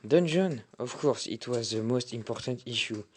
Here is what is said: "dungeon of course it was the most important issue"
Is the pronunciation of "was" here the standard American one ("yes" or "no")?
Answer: yes